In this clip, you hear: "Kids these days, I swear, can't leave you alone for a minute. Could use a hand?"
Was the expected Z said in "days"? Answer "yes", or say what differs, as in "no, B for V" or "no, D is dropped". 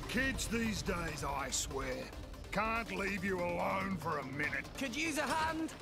yes